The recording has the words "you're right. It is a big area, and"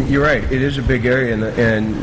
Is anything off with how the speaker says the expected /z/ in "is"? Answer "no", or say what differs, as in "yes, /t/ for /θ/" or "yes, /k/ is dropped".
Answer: no